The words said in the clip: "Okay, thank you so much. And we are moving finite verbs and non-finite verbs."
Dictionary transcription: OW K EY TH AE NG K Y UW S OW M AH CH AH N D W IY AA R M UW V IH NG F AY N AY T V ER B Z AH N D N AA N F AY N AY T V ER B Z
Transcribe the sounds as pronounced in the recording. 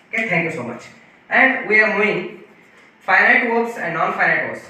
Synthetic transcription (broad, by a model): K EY T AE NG K Y UW S OW M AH CH AH N D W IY AA R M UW IH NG F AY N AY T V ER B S AH N D N AA N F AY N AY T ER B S